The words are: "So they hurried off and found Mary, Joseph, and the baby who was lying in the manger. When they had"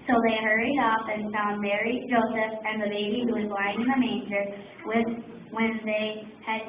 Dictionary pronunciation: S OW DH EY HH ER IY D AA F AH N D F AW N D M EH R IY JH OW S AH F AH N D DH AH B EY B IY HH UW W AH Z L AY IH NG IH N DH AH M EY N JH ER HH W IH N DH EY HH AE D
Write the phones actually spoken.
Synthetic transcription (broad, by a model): S OW DH EY HH ER IY D AA F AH N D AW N M EH R IY JH OW S AH F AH N DH AH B EY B IY HH UW W AH Z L AY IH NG IH N DH AH M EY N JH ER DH W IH N DH EY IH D